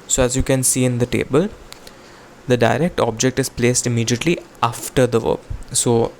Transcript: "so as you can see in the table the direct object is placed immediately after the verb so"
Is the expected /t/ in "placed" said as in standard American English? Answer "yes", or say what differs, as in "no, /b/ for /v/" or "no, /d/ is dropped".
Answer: yes